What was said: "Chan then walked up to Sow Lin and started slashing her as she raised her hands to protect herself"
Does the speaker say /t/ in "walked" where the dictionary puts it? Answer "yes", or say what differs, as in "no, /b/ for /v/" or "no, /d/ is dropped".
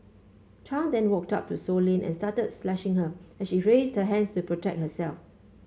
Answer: yes